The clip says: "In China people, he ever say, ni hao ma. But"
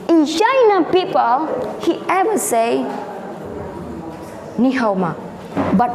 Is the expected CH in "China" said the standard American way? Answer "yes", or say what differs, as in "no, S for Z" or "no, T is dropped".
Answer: no, SH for CH